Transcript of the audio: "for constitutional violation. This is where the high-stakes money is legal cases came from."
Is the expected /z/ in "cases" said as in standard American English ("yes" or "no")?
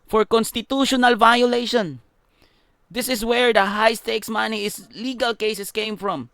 no